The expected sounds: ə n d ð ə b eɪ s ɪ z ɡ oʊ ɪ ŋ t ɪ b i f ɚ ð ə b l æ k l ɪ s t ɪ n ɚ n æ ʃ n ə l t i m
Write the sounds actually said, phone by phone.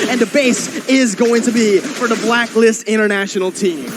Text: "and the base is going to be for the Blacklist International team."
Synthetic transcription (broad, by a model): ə n ð ə b eɪ s ɪ z ɡ oʊ ɪ ŋ t ɪ b i f ɚ ð ə b l æ k l ɪ s t ɪ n ɚ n æ ʃ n l t i m